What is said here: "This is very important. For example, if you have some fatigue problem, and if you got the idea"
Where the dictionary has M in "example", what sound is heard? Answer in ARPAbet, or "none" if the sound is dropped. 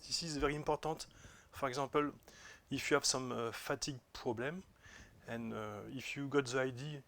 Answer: none